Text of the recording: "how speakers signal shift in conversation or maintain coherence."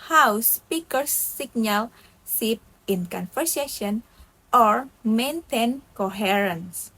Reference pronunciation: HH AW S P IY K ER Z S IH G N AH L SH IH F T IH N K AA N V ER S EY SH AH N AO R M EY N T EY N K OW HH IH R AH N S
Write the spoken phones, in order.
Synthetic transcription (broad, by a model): HH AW S P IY K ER S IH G N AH L S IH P IH N K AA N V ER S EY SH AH N AO R M EY N T EY N K OW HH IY R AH N S